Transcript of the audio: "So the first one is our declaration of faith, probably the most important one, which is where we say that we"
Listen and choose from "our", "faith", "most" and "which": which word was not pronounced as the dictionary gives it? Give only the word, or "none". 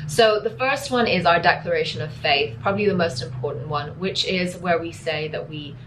none